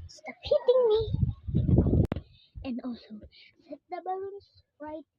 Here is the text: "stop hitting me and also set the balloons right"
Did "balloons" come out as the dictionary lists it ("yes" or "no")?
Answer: no